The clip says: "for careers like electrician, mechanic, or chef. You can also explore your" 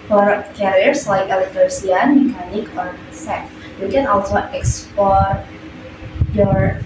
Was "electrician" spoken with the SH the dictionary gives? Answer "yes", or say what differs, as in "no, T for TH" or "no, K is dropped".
no, SH is dropped